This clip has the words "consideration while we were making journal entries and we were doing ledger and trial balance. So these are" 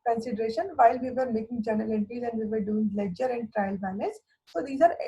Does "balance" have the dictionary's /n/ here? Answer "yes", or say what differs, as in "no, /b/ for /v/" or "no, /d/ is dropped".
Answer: no, /n/ is dropped